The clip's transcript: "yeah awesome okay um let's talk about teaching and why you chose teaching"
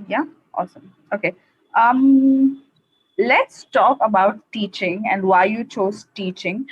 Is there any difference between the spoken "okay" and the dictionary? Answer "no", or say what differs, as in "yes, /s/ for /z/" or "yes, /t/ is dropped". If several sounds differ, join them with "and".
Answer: no